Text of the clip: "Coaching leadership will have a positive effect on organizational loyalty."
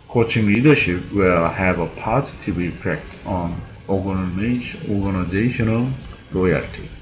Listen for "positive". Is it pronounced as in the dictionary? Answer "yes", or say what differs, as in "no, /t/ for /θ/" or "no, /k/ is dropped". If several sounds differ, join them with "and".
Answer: no, /b/ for /v/